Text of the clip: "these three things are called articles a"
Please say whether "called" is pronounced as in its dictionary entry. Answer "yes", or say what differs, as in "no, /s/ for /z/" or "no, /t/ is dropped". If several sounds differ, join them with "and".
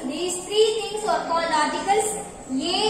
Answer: no, /d/ is dropped